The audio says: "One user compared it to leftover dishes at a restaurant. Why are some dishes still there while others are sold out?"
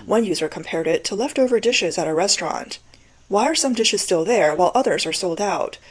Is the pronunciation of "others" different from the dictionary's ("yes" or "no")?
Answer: no